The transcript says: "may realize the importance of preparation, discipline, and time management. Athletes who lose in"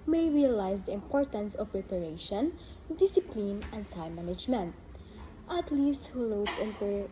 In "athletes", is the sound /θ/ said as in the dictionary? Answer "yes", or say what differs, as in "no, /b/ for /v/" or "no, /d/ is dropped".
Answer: no, /t/ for /θ/